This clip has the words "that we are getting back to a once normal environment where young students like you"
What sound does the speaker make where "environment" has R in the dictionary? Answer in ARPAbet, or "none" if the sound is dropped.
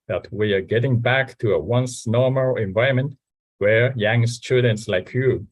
none